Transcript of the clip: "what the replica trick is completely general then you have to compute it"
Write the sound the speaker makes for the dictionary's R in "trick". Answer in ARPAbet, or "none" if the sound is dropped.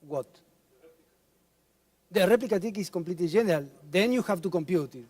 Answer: none